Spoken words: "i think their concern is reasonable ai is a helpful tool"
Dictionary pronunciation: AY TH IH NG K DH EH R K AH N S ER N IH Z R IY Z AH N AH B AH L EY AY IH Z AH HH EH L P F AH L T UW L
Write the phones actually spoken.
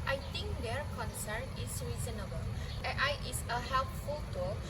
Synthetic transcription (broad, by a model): AY T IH NG K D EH R K AH N S ER N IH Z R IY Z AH N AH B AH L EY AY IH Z AH HH EH L P F AH L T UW